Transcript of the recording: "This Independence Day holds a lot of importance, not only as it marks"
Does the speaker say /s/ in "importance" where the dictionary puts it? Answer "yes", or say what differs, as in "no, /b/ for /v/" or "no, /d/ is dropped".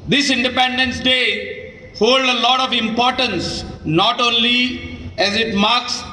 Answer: yes